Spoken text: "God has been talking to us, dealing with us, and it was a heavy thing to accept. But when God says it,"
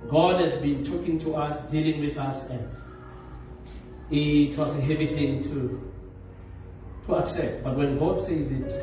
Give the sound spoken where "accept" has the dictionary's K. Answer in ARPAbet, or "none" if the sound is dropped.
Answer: K